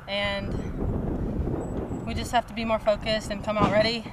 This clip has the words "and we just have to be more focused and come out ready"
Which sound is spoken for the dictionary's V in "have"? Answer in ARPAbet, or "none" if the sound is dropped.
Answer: F